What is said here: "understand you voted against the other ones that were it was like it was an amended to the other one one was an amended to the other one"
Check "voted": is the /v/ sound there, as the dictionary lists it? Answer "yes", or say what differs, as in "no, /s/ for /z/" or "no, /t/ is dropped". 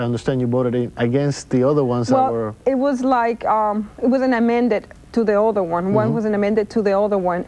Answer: no, /b/ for /v/